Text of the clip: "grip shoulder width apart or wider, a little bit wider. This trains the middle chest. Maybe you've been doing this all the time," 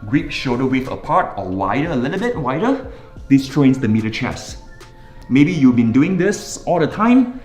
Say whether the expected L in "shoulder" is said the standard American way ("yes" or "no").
no